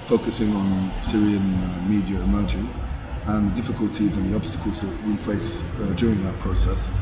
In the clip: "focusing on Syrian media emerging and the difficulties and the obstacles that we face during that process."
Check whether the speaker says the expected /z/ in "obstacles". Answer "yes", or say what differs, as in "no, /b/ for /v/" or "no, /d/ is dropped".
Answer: yes